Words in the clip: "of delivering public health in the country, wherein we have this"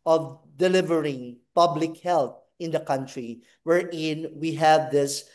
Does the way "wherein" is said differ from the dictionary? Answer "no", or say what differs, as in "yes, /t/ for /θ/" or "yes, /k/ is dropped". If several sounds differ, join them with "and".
no